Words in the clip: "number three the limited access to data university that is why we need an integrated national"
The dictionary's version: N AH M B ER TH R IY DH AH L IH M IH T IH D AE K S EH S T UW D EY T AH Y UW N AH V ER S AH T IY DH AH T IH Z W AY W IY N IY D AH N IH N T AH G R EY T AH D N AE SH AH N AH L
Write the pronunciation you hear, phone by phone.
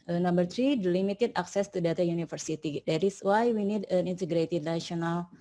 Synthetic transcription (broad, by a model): N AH M B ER T R IY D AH L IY M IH T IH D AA K S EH S T UW D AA T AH Y UW N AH F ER S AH T IY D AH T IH S W AY W IY N IY D AH N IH N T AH G R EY T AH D N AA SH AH N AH L